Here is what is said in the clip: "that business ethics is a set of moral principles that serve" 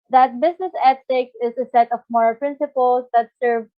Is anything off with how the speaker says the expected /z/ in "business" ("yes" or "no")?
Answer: yes